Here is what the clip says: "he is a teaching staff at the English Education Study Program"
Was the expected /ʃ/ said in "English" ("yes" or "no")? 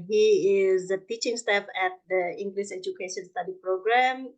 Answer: no